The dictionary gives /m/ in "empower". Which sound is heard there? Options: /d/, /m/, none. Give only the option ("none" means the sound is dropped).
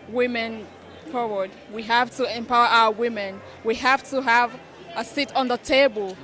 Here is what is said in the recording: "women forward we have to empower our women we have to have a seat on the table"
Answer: /m/